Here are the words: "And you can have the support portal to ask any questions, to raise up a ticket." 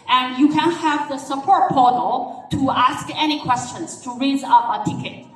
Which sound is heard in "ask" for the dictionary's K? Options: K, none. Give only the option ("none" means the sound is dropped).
K